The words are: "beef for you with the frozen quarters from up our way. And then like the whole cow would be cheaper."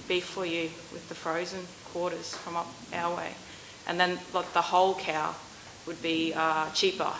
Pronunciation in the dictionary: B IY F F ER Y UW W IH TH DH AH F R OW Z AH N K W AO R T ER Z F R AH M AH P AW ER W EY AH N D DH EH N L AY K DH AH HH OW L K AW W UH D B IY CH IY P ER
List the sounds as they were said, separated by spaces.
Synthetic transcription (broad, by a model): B IY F F ER Y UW W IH DH AH F R OW Z AH N K W AO R T ER Z F R AH M AH P AW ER W EY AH N DH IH N L AY K DH AH HH OW L K AW W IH D B IY CH IY P ER